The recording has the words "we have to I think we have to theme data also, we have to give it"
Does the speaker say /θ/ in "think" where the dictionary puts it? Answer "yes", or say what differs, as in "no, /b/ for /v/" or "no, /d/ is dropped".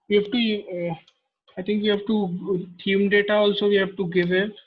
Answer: no, /t/ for /θ/